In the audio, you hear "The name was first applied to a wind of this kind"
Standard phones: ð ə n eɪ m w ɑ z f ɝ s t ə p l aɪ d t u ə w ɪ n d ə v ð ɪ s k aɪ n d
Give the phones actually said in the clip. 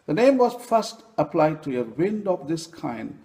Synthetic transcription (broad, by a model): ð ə n eɪ m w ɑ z f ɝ s t ə p l aɪ d t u ə w ɪ n d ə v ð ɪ s k aɪ n d